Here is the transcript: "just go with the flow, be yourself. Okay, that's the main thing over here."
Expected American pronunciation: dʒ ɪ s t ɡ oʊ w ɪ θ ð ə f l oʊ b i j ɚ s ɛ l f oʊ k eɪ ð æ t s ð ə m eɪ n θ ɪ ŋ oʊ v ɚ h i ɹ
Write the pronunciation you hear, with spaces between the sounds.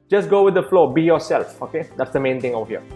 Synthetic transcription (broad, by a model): dʒ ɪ s ɡ oʊ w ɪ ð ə f l oʊ b i j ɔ s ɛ l f oʊ k eɪ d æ t s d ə m eɪ n t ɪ ŋ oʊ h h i